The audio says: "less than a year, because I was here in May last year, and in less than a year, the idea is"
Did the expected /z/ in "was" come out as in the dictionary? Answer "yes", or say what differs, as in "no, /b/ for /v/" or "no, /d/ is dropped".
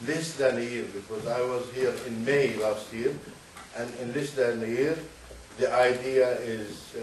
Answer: yes